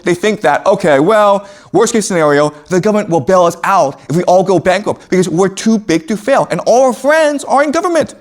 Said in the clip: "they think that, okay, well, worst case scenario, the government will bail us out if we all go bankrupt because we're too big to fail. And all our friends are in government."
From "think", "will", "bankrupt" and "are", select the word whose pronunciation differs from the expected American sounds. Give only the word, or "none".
bankrupt